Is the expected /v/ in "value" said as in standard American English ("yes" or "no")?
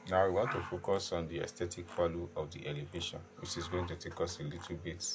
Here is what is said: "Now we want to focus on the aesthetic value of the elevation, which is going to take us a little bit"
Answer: no